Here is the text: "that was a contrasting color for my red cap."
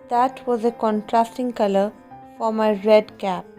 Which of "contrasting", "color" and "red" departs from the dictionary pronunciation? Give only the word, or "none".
none